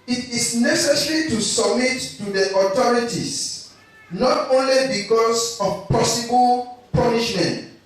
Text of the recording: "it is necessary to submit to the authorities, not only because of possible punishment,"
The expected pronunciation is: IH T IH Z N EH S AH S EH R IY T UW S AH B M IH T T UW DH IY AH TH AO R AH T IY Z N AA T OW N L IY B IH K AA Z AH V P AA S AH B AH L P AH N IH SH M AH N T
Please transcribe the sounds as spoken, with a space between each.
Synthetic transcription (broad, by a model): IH T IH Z N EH S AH S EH R IY T UW S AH B M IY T T UW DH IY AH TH AO R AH T IY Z N AA T OW N L IY B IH K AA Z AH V P AA S AH B AH L P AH N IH SH M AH N T